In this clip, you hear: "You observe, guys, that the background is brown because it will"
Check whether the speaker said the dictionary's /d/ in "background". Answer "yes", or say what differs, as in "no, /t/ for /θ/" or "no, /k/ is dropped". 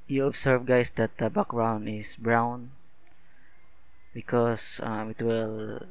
no, /d/ is dropped